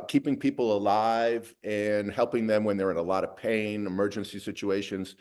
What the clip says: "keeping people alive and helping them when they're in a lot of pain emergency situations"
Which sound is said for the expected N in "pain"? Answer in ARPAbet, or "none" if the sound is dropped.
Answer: N